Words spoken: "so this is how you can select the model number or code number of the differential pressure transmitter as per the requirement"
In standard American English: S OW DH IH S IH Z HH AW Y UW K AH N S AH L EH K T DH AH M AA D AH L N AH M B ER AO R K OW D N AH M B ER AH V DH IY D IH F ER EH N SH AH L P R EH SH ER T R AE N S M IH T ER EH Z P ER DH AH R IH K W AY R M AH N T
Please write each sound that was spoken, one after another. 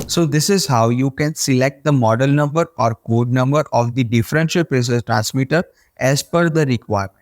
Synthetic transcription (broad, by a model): S OW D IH S IH Z HH AW Y UW K AH N S AH L EH K T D AH M AA D AH L N AH M B ER AO R K OW D N AH M B ER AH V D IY D IH F ER EH N SH AH L P R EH S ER T R AE N S M IH T ER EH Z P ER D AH R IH K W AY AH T